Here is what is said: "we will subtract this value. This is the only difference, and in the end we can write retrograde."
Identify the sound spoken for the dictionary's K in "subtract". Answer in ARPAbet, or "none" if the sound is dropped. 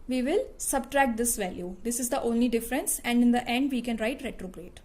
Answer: K